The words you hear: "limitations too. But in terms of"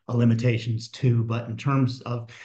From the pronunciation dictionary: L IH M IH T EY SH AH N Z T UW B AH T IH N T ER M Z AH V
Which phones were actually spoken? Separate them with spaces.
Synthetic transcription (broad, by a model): L IH M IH T EY SH N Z T UW B AH T IH N T ER M Z AH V